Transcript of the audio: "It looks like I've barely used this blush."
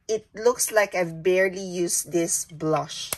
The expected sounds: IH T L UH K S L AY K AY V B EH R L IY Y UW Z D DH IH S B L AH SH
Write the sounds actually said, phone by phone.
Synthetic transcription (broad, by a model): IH T L UH K S L AY K AY V B EH R L IY Y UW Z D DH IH S B L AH SH